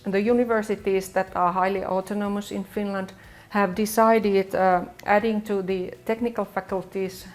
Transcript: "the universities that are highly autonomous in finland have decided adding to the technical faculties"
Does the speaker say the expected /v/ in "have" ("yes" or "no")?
yes